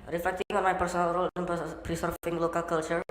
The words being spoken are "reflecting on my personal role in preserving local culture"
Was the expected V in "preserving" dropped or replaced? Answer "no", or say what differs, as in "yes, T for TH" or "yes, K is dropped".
yes, V is dropped